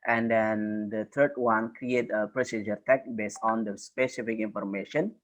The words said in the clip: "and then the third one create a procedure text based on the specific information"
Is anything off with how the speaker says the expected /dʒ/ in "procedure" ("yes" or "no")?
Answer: no